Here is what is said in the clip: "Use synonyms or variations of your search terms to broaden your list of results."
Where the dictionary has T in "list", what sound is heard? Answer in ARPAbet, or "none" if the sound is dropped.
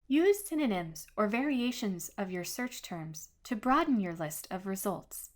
T